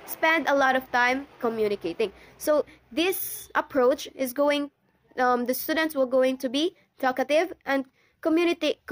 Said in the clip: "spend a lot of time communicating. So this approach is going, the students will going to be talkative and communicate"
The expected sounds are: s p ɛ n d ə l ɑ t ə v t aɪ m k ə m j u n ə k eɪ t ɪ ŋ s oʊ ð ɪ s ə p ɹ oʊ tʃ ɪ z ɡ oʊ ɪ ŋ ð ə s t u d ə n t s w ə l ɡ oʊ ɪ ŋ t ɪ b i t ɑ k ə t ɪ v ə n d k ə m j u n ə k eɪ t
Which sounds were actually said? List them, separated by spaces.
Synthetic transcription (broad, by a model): s p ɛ n d ə l ɑ t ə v t aɪ m k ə m j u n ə k eɪ t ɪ ŋ s oʊ ð ɪ s ə p ɹ oʊ tʃ ɪ z ɡ oʊ ɪ ŋ ð ə s t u d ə n t s w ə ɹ ɡ oʊ ɪ ŋ t ɪ b i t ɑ k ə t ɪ v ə n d k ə m j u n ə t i